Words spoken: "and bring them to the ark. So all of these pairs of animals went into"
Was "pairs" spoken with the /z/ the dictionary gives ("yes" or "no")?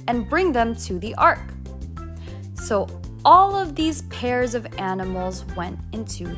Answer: yes